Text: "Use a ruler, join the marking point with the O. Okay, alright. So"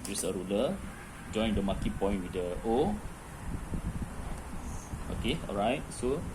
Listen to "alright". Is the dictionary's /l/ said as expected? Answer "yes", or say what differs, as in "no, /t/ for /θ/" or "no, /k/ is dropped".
yes